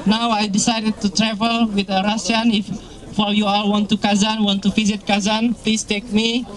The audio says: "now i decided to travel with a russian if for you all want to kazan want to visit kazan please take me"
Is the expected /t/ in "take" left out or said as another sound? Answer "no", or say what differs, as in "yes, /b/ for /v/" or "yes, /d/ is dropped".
no